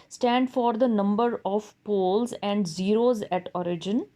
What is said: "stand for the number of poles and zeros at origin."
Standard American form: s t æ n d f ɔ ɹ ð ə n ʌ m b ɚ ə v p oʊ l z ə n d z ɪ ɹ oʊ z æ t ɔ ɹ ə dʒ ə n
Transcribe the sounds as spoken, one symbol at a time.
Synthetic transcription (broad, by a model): s t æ n d f ɔ ɹ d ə n ʌ m b ɚ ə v p oʊ l z ə n d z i ɹ oʊ z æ t ɔ ɹ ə dʒ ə n